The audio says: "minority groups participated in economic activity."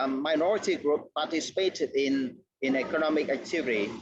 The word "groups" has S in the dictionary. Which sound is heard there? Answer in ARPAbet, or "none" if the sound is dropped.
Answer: none